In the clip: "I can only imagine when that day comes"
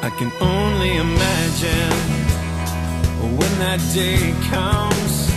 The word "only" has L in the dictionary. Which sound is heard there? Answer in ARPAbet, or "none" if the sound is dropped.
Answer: L